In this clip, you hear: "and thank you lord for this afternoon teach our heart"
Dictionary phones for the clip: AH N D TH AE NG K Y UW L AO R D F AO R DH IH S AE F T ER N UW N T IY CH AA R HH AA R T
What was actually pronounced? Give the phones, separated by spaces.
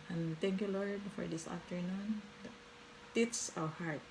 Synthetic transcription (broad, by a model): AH N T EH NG K Y UW L AO R D F AO R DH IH S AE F T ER N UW N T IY S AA W HH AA R T